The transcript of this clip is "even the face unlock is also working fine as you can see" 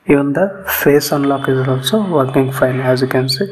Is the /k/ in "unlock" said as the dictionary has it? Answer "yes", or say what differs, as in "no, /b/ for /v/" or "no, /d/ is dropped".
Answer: yes